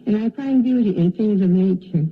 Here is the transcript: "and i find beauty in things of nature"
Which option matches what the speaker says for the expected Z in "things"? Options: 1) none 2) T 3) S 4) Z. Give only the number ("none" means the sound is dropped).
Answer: 4